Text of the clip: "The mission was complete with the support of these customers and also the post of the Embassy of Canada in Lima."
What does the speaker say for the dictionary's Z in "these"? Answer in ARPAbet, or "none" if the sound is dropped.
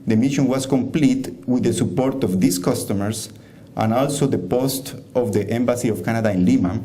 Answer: S